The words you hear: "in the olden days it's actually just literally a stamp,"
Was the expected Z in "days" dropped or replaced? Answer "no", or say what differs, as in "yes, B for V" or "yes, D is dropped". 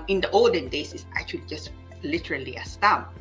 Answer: yes, S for Z